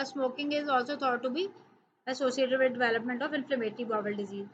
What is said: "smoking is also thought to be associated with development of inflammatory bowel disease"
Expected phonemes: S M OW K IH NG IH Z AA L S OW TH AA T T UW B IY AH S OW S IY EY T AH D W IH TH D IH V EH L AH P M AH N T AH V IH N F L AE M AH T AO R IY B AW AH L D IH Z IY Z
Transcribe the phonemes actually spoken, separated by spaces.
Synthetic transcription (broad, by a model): S M OW K IH NG IH Z AA L S OW T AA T T UW B IY AH S OW S IY EY T AH D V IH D D IH V EH L AH P M AH N T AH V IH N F L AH M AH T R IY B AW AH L D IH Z IY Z